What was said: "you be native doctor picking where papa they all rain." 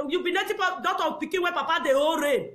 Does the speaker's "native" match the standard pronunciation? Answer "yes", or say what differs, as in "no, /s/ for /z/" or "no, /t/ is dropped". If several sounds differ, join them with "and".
no, /p/ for /v/